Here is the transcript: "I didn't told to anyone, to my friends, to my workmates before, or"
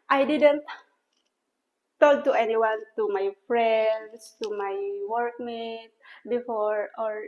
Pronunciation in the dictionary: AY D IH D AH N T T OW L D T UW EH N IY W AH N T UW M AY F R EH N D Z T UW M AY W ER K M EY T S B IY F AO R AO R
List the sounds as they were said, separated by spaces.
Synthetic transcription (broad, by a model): AY D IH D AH N T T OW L T UW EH N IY W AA N T UW M AY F R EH N D S T UW M AY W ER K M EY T B IY F AO R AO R